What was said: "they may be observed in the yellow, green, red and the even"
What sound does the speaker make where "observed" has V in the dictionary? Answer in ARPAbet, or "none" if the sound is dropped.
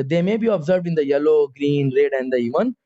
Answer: V